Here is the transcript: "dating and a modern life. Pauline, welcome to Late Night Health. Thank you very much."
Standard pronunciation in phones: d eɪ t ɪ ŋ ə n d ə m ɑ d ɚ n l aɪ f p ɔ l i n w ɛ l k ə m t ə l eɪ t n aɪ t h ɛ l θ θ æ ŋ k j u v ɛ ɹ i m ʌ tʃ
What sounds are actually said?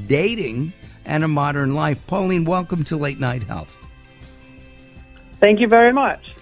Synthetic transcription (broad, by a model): d eɪ t ɪ ŋ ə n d ə m ɑ d ɚ n l aɪ f p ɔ l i n w ɛ l k ə m t ə l eɪ t n aɪ t h ɛ l θ θ æ ŋ k j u v ɛ ɹ i m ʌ tʃ